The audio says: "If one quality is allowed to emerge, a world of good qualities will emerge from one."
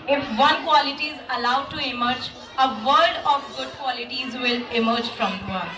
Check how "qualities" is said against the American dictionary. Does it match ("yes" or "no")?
yes